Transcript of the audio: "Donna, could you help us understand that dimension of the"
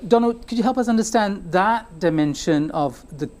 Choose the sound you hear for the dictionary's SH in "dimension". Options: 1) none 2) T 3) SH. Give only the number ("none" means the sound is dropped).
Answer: 3